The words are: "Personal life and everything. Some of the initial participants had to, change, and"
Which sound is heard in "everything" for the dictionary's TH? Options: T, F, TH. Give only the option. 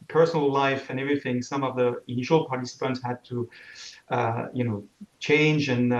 TH